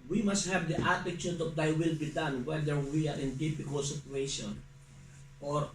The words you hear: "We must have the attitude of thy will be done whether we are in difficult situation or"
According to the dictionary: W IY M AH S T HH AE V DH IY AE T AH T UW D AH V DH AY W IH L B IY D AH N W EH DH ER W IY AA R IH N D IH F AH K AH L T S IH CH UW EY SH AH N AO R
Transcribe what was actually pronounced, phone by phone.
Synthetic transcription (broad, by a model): W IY M AH S T HH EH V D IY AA T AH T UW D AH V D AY W IH L B IY D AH N W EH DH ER W IY AA R IH N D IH P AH K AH L S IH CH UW EY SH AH N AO R